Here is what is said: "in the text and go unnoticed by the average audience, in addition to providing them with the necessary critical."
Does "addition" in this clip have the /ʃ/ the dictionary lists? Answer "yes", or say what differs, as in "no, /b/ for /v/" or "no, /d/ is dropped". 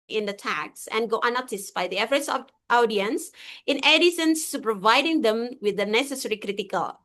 no, /s/ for /ʃ/